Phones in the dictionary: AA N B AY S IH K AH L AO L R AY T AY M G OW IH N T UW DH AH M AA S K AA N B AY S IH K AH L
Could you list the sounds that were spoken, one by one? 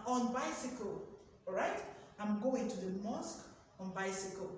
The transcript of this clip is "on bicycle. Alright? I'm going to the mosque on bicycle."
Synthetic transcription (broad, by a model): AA N B AY S IH K AH L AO R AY T AY M G OW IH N T UW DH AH M AA S K AA N B AY S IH K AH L